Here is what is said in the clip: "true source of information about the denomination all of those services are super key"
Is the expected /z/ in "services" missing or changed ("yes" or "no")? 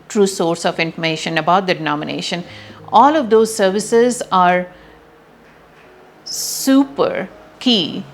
no